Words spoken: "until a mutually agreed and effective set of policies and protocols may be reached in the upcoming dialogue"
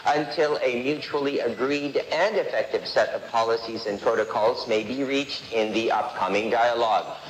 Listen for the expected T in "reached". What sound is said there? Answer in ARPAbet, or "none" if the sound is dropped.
T